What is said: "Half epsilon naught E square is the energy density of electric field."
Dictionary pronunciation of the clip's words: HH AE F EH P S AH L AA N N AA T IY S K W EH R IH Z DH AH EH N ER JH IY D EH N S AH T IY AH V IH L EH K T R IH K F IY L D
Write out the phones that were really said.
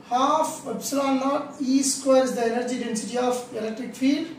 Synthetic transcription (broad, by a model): HH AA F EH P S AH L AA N N AA T IY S K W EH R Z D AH EH N ER JH IY D EH N S AH T IY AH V IH L EH K T R IH K F IY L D